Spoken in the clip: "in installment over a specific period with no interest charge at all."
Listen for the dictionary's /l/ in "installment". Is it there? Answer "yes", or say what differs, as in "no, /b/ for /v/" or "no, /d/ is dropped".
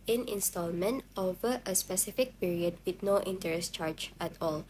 yes